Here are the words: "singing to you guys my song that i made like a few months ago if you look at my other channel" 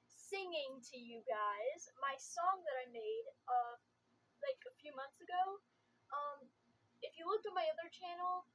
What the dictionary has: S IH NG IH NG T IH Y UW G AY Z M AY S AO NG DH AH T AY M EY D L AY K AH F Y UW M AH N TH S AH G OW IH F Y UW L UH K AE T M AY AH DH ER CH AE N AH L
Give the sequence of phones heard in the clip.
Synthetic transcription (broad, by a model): S IH NG IH NG T IH Y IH G AY Z M AY S AO NG DH AH T AY M EY D L AY K AH F Y UW M AH N TH S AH G OW IH F Y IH L UH K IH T M AY AH DH ER CH AE N L